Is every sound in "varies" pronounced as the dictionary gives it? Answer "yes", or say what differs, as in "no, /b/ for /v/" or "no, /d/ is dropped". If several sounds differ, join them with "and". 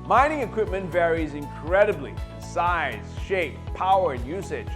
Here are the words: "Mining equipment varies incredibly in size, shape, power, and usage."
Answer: yes